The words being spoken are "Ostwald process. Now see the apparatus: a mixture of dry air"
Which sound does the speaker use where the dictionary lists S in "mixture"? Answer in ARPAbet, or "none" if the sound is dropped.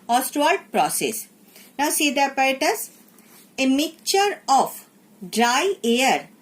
none